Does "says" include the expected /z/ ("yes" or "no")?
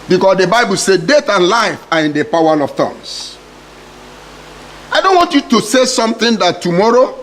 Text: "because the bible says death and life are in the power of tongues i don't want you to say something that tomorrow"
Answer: no